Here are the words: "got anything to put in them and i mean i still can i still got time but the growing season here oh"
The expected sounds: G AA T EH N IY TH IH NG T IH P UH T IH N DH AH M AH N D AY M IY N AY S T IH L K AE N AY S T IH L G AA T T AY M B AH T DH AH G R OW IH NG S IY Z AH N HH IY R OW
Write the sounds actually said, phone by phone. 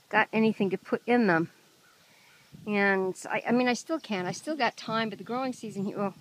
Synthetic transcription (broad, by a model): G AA T EH N IY TH IH NG T IH P UH T IH N DH AH M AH N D AY M IY N AY S T IH L K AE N AY S T IH L G AA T T AY M B AH T DH AH G R OW IH NG S IY Z AH N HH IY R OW